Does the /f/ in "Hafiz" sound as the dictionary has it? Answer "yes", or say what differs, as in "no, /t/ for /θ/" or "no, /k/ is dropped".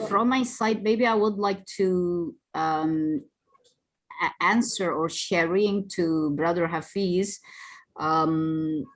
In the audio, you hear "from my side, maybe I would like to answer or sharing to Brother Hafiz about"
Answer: yes